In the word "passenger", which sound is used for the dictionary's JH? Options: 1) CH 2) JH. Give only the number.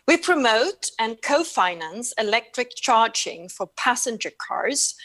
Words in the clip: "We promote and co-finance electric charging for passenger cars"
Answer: 2